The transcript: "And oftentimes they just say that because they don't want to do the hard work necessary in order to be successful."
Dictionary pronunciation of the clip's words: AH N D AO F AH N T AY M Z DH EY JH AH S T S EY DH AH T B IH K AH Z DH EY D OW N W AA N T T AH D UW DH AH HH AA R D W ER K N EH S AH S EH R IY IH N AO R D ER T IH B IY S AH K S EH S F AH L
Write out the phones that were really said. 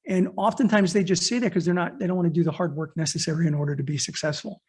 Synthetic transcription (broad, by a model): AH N AO F AH N T AY M Z DH EY JH AH S T S EY DH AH T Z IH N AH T DH EY D OW N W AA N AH D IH DH AH HH AA R D W ER K N EH S AH S EH R IY IH N AO R D ER T IH B IY S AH K S EH S F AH L